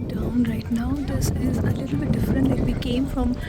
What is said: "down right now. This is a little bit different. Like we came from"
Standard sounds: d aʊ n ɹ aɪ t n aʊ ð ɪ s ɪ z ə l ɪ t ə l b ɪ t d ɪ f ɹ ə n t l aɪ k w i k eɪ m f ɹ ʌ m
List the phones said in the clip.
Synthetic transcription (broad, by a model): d aʊ n ɹ aɪ t n aʊ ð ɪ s ɪ z ə l ɪ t l b ɪ t d ɪ f ɹ ə n t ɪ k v i k eɪ m f ɹ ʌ m